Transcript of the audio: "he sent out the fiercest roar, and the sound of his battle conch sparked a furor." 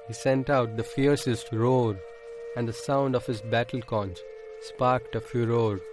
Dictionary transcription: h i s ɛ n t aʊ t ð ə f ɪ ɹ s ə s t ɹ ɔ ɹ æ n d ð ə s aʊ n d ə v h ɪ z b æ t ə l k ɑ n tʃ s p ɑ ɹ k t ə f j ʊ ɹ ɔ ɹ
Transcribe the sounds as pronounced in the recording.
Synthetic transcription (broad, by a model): h i s ɛ n t aʊ t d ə f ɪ ɹ s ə s t ɹ ɔ ɹ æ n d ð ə s aʊ n d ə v h ɪ z b æ t ə l k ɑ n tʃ s p ɑ ɹ k t ə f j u ɹ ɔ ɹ